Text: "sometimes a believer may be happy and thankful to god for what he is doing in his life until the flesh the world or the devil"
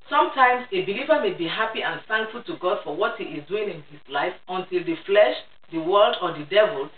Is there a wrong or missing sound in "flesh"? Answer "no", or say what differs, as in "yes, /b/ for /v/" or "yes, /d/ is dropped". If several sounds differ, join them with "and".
no